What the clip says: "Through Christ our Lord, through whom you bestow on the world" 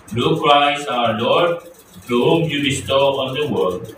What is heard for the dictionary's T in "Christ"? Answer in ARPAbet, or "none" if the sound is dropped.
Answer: none